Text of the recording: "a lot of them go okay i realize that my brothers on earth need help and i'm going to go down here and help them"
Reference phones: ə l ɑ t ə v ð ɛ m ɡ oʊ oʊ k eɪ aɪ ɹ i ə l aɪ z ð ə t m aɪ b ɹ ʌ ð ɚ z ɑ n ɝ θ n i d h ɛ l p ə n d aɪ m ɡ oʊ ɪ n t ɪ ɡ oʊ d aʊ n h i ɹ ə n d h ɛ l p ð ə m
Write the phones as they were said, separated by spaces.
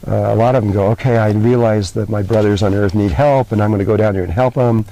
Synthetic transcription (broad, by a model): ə l ɑ t ə v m ɡ oʊ oʊ k eɪ aɪ ɹ i ə l aɪ z ð ə t m aɪ b ɹ ʌ ð ɚ z n ɝ θ n i d h ɛ l p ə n aɪ m ɡ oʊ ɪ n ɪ ɡ oʊ d aʊ n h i ɹ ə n h ɛ l p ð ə m